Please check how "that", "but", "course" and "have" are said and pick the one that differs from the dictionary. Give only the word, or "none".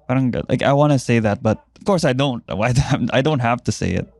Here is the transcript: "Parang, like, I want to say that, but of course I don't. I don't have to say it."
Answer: have